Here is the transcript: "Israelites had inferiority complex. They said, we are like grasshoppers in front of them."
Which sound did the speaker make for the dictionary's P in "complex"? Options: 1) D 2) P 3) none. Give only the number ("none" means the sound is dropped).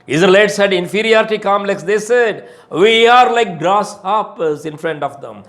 3